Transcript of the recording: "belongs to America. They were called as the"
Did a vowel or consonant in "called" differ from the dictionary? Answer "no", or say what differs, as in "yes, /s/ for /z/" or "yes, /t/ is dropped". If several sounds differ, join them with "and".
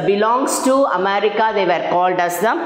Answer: no